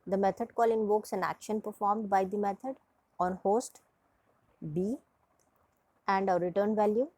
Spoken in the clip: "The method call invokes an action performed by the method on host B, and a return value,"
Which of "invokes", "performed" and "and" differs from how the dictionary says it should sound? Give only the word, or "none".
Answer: none